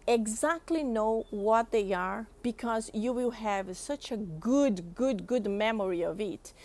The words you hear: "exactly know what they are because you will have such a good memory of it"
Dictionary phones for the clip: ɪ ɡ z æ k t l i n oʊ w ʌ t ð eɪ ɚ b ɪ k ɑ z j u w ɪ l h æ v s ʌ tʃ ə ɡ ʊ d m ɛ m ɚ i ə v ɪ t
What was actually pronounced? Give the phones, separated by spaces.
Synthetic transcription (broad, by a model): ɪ ɡ z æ k t l i n oʊ w ʌ t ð eɪ ɚ b ɪ k ɑ z j u w ɪ l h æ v s ʌ tʃ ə ɡ ʊ d m ɛ m ɚ i ə v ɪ t